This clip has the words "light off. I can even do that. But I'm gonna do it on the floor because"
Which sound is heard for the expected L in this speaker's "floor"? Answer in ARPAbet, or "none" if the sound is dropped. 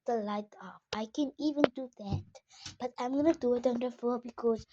none